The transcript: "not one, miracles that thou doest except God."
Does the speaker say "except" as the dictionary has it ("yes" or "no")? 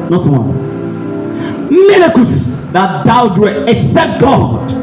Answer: no